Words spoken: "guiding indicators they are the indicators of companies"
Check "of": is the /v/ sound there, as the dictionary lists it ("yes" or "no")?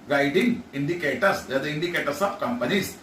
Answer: no